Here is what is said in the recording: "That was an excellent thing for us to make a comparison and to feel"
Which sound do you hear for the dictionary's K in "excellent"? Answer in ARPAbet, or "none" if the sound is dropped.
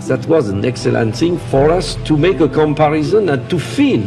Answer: K